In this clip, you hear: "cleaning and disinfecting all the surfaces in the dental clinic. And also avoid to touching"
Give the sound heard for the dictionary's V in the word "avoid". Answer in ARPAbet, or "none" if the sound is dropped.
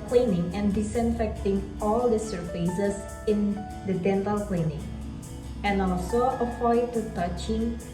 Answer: F